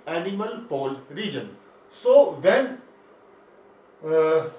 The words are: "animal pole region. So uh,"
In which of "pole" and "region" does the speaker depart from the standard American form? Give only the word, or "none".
none